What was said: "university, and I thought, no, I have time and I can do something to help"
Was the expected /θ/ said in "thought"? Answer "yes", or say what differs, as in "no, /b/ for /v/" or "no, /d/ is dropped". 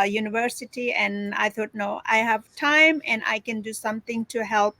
no, /t/ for /θ/